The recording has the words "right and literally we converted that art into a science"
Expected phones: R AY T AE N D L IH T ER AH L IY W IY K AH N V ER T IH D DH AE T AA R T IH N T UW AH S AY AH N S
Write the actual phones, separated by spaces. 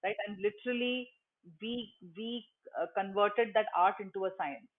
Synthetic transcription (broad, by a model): R AY T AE N D L IH T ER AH L IY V IY K AH N V ER T IH D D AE T AA R T IH N T UW AH S AY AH N S